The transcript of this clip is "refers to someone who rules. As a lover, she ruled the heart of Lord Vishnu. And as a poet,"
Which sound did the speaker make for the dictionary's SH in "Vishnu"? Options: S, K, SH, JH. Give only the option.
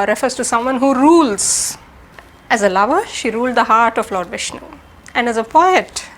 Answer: SH